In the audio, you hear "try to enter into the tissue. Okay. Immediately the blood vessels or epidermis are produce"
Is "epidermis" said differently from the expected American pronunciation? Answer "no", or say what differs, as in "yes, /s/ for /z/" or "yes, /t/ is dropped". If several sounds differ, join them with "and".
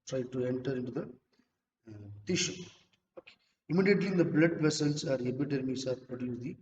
yes, /b/ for /p/